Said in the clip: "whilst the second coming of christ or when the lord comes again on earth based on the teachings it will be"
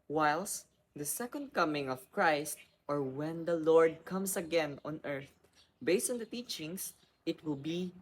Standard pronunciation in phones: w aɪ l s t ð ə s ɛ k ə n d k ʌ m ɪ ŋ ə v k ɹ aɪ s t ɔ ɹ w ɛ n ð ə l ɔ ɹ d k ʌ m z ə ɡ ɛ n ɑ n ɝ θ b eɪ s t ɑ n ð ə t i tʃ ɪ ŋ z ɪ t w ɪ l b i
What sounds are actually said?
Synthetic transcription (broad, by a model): w aɪ l s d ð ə s ɛ k ə n d k ʌ m ɪ ŋ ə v k ɹ aɪ s t ɔ ɹ w ɛ n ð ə l ɔ ɹ d k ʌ m s ə ɡ ɛ n ɑ n ɝ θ b eɪ s t ɑ n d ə t i tʃ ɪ ŋ s ɪ t w ɪ l b i